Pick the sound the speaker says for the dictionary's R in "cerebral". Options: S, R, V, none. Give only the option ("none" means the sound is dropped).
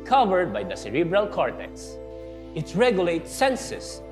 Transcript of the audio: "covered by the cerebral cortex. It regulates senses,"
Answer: R